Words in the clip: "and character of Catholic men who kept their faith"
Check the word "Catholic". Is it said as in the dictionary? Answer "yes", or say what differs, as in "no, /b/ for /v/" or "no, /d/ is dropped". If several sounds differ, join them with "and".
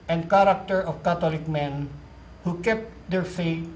no, /t/ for /θ/